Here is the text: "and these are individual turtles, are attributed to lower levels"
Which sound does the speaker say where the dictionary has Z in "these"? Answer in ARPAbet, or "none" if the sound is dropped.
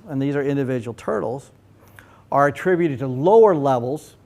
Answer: Z